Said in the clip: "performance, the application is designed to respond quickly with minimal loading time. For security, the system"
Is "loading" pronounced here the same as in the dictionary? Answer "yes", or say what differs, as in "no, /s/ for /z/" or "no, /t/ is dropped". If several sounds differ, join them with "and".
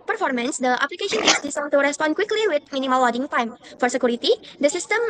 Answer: no, /w/ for /l/